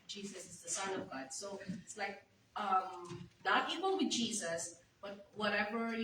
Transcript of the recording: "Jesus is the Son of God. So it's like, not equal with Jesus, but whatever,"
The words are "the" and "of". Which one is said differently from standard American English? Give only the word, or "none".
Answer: none